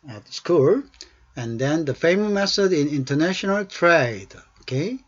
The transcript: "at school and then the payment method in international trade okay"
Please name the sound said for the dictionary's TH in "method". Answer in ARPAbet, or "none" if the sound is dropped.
S